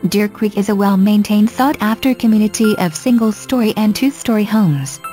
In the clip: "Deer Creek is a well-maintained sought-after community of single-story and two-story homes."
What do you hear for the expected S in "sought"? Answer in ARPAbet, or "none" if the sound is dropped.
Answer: TH